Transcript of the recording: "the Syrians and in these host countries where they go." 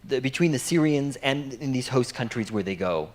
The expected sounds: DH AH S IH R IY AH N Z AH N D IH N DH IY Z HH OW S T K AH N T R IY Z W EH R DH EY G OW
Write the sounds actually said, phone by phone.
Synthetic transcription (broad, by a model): DH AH S IH R IY AH N Z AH N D IH N DH IY Z HH OW S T K AH N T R IY Z W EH R DH EY G OW